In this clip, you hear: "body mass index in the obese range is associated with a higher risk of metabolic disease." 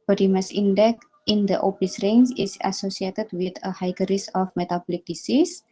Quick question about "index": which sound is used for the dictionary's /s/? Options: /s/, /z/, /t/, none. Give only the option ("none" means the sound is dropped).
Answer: none